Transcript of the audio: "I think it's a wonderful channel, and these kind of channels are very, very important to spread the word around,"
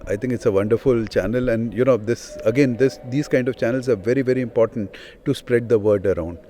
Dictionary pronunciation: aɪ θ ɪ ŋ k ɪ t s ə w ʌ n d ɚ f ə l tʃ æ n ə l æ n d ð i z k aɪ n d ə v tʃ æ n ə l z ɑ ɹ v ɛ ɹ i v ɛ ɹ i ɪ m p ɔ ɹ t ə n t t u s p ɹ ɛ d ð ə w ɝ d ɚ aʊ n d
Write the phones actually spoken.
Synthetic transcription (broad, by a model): aɪ t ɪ ŋ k ɪ t s ə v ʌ n d ɚ f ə l tʃ æ n ə l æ n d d i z k aɪ n d ə v tʃ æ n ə l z ɑ ɹ v ɛ ɹ i v ɛ ɹ i ɪ m p ɔ ɹ t ə n t t u s p ɹ ɛ d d ə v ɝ d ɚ aʊ n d